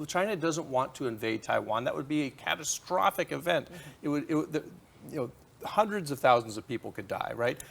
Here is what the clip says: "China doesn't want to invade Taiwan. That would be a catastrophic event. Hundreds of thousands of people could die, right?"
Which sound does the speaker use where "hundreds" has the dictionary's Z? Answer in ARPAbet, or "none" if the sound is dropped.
Z